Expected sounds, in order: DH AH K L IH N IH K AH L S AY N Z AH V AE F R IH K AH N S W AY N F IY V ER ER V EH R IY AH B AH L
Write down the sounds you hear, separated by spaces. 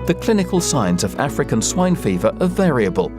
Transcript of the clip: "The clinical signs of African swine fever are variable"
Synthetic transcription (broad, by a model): DH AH K L IH N IH K AH L S AY N Z AH V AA F R IH K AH N S W AY N F IY V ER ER V EH R IY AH B AH L